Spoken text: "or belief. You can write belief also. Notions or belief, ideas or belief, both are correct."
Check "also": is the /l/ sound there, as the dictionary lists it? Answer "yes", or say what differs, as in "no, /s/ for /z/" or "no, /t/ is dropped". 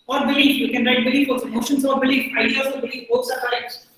no, /l/ is dropped